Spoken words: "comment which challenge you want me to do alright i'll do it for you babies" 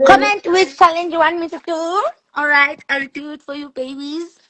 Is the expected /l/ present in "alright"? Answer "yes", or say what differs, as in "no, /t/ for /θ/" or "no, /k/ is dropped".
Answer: yes